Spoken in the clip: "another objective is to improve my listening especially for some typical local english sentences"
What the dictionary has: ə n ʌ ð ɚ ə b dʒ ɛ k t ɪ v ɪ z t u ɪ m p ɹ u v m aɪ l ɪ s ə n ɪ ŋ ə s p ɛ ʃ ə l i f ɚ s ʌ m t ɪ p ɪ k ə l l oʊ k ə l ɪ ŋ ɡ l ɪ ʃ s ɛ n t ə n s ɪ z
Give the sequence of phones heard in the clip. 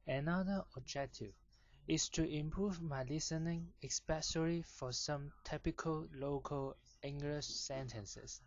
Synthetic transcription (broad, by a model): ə n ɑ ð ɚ ə b dʒ ɛ k t ɪ v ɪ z t u ɪ m p ɹ u v m aɪ l ɪ s ə n ɪ ŋ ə s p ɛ s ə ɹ i f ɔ s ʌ m t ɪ p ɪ k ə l l oʊ k ə l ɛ ŋ ɡ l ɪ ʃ s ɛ n t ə n s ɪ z